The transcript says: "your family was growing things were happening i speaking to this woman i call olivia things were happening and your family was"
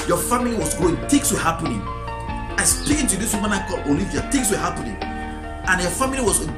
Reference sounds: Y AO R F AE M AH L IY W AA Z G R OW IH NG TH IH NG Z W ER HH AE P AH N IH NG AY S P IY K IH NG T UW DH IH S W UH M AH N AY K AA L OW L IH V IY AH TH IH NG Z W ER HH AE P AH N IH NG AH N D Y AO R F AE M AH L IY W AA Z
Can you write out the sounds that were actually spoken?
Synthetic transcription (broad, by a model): Y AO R F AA M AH L IY W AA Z G OW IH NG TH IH NG S W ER HH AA P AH N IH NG AY S P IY K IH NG T UW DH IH S W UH M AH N AY K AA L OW L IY V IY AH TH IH NG S W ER HH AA P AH N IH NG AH N Y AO F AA M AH L IY W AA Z